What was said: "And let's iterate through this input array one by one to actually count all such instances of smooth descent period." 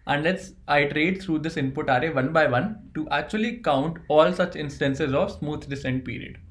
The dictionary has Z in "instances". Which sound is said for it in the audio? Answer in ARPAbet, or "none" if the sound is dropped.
Z